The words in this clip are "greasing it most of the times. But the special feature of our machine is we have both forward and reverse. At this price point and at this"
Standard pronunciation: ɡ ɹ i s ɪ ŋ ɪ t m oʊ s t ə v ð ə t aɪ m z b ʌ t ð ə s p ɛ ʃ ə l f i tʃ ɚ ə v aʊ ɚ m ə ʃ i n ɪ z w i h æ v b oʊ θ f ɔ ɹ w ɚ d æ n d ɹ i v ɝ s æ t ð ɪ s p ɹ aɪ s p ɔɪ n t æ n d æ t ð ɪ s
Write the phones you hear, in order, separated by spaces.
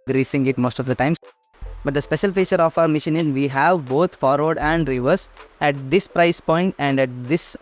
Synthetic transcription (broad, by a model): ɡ ɹ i s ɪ ŋ ɪ t m oʊ s t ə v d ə t aɪ m b ʌ t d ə s p ɛ ʃ ə l f i tʃ ɚ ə f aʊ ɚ m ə ʃ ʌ n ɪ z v i h æ v b oʊ t f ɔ ɹ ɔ d æ n d ɹ i v ɝ s æ t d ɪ s p ɹ aɪ s p ɔɪ n t æ n d æ t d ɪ s